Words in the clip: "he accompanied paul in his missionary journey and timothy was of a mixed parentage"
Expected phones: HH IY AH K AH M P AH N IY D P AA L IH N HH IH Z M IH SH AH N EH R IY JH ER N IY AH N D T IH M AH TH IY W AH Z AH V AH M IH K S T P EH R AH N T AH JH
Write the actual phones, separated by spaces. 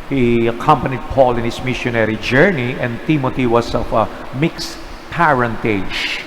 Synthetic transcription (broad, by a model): HH IY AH K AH M P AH N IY D P AA L IH N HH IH S M IH SH AH N EH R IY JH ER N IY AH N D T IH M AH T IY W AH S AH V AH M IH K S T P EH R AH N T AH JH